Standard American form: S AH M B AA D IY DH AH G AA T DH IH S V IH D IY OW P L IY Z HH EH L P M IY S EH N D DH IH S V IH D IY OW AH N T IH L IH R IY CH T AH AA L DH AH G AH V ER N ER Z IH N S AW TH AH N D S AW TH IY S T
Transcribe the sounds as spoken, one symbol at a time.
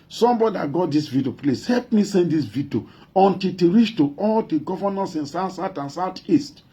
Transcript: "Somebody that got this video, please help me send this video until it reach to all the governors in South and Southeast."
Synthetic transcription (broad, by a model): S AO M B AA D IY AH G AA T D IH S V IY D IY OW P L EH S HH EH L P M IY S EH N D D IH S V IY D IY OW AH N T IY L IH R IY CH T AH AA L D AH G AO V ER N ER S IH N S AW S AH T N S AW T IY S T